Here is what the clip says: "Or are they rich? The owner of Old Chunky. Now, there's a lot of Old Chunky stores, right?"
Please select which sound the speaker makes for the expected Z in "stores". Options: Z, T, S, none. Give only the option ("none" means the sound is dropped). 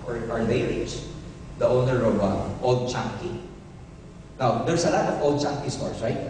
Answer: S